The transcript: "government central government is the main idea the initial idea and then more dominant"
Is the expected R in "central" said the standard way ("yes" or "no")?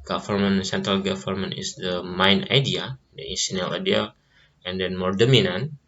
yes